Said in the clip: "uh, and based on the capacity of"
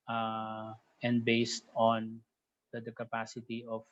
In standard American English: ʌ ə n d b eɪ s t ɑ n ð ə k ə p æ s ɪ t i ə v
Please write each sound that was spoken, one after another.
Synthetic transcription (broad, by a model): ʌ ə n d b eɪ s t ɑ n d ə k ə p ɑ s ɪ t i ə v